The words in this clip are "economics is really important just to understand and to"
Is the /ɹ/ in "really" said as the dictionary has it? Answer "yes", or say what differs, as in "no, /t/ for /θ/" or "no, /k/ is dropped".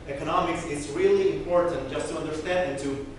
yes